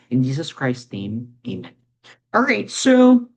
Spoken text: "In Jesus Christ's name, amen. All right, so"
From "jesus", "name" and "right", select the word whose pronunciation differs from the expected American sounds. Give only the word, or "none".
none